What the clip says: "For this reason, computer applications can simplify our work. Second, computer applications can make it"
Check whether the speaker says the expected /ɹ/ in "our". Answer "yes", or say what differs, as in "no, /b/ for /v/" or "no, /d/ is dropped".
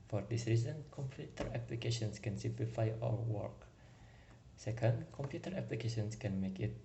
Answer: no, /l/ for /ɹ/